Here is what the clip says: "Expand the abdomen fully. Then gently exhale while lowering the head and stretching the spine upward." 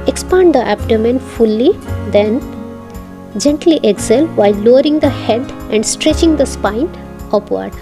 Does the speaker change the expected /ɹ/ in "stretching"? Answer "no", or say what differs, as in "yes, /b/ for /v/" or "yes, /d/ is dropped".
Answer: no